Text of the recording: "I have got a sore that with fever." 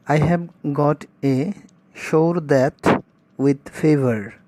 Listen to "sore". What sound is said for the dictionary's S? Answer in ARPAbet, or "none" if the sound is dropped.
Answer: SH